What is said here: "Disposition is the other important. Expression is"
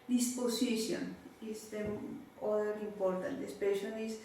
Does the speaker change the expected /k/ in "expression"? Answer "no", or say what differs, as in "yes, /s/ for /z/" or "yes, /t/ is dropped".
yes, /k/ is dropped